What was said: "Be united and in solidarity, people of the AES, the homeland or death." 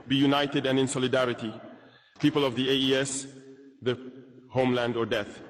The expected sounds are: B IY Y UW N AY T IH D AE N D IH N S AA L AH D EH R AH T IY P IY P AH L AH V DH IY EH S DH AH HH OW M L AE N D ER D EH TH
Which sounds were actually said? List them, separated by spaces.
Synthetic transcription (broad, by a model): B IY Y UW N AY T IH D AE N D IH N S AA L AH D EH R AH T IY P IY P AH L AH V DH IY EH S DH AH HH OW M L AE N D ER D EH TH